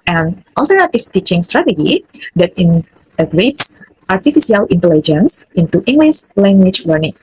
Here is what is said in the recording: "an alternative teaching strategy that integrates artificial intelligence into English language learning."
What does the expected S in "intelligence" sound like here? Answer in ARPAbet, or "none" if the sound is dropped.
S